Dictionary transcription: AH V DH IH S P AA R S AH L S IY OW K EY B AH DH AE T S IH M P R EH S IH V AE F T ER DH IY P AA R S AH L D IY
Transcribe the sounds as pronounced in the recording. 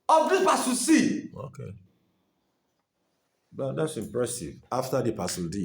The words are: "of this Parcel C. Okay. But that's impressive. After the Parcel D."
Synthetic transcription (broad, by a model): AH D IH P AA S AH S IY OW K EY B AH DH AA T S IH M P R EH S IH V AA F T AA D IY P AA S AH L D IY